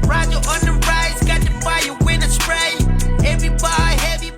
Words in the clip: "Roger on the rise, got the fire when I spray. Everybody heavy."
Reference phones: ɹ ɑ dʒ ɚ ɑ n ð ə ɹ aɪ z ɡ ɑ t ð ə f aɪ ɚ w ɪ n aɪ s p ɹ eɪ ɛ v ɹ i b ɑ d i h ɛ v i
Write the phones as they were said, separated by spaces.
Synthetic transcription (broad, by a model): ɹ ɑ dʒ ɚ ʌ n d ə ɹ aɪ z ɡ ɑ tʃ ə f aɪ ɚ w ɪ n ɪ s ɹ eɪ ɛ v ɹ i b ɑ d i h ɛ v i